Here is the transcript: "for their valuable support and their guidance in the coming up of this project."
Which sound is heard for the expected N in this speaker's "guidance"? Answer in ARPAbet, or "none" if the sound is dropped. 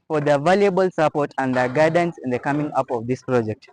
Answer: N